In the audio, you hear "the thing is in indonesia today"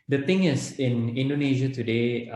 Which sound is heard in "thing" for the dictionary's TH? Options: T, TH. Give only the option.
T